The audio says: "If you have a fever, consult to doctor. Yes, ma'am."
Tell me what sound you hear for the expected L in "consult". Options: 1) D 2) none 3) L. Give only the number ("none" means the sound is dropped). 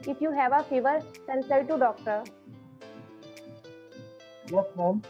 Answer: 2